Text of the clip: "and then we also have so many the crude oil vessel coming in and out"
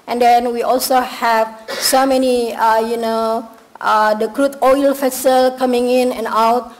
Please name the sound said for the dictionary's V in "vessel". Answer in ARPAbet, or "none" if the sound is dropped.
F